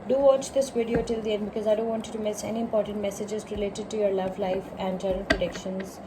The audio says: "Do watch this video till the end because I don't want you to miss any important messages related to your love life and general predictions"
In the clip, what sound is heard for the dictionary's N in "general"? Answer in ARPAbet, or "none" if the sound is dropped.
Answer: none